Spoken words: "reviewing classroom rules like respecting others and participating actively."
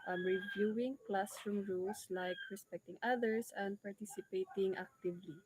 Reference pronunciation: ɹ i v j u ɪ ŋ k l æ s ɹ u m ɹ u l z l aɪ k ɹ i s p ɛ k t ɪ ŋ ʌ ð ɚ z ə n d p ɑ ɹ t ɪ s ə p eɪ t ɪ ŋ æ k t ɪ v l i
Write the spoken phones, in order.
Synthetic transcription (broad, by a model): ɹ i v j u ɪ ŋ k l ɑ s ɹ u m ɹ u l s l aɪ k ɹ i s p ɛ k t ɪ ŋ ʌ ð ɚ s ə n d p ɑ ɹ t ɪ s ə p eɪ t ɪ ŋ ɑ k t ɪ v l i